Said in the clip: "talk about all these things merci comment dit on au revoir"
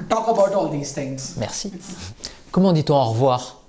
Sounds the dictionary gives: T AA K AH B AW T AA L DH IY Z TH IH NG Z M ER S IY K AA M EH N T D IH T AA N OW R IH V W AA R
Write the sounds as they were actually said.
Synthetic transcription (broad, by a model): T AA K AH B AW T AA L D IY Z T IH NG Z M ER S IY K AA M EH D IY T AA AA R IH V W AA R